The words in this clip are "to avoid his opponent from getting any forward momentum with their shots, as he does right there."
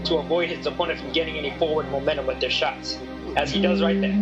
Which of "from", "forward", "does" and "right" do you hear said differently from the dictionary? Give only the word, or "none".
none